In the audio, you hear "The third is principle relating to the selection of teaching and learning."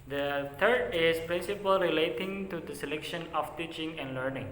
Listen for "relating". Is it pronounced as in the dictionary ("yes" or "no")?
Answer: yes